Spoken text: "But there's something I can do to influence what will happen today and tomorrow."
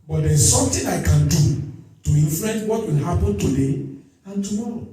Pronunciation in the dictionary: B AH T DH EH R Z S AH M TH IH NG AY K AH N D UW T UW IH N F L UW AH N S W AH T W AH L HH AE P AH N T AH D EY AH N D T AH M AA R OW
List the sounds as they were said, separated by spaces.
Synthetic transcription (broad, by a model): B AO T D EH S S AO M T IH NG AY K AH N D UW T UW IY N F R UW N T W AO T W AH L HH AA P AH N T AH D EY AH N T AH M AA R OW